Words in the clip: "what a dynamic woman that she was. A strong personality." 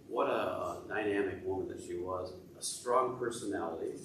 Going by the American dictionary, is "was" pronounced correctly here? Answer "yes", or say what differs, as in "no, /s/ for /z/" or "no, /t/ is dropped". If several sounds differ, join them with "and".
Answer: yes